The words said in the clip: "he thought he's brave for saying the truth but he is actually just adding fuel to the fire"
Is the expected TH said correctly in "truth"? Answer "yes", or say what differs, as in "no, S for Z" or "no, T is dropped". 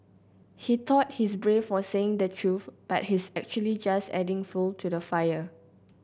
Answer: no, F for TH